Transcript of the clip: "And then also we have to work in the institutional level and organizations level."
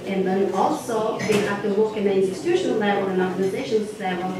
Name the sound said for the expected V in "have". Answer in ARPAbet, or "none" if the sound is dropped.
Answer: F